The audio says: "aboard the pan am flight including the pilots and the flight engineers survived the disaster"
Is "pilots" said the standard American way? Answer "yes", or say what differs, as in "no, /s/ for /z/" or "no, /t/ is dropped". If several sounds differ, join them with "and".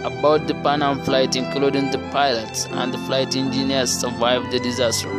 yes